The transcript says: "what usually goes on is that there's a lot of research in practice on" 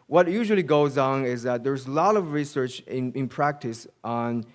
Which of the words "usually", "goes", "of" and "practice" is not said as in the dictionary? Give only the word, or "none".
none